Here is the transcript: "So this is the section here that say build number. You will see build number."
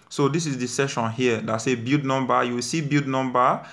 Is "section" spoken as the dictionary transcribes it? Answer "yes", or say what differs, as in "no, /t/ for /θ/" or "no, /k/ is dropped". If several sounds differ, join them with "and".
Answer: no, /k/ is dropped